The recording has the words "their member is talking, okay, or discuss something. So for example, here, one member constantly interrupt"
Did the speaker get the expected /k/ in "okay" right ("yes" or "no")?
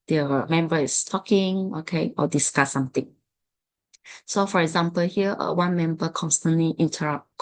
yes